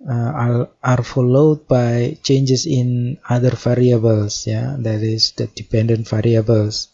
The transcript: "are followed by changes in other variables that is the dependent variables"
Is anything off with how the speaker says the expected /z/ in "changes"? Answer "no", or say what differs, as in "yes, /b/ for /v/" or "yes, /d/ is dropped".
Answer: yes, /s/ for /z/